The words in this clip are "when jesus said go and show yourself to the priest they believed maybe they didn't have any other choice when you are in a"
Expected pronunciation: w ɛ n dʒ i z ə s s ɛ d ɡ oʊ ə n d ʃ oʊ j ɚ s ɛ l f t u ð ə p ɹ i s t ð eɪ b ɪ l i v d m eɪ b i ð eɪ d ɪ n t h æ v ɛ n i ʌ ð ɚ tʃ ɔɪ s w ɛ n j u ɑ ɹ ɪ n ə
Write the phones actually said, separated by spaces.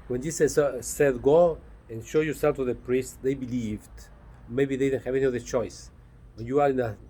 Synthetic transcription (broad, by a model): w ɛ n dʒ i s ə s s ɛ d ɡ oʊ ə n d ʃ oʊ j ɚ s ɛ l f t u ð ə p ɹ i s t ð eɪ b ɪ l i v d m eɪ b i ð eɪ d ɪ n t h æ v ɛ n i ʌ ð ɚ tʃ ɔɪ s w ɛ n j u ɑ ɹ ɪ n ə